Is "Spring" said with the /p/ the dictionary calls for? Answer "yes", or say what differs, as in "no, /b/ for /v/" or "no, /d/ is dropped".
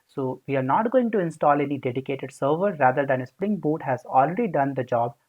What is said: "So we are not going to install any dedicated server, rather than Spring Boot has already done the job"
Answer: yes